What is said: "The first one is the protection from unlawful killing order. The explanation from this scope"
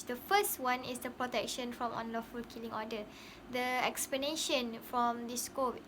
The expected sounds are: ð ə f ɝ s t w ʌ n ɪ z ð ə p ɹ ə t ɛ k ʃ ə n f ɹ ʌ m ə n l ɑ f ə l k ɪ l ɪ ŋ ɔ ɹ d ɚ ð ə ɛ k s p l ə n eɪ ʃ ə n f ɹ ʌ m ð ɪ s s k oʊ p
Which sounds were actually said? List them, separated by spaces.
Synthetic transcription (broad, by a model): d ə f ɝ s t w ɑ n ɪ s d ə p ɹ ə t ɛ k ʃ ə n f ɹ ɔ m ə n l ɑ f ə l k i l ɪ ŋ ɔ d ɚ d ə ɛ k s p l ə n eɪ ʃ ə n f ɹ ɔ m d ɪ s s k oʊ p